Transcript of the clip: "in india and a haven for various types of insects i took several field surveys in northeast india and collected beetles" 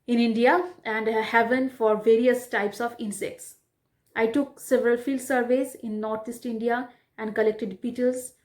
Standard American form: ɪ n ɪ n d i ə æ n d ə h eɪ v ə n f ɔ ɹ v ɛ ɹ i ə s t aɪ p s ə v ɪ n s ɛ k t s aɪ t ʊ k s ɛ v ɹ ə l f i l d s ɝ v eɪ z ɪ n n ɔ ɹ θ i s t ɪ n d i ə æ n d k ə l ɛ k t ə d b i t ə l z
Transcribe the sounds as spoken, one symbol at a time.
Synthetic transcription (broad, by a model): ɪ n ɪ n d i ə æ n d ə h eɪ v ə n f ɔ ɹ v ɛ ɹ i ə s t aɪ p s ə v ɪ n s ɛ k t s aɪ t ʊ k s ɛ v ɹ ə l f i l d s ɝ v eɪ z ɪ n n ɔ ɹ t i s t ɪ n d i ə æ n d k ə l ɛ k t ə d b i t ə l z